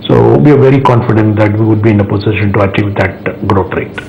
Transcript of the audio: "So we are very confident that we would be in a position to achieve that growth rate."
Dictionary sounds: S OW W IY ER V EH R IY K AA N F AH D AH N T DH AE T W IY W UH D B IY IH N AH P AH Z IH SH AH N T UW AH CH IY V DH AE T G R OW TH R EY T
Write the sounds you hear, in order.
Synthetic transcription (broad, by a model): S OW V IY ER V EH R IY K AA N F AH D AH N T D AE T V IY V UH D B IY IH N AH P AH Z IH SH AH N T UW AH CH IY V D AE T G R OW T R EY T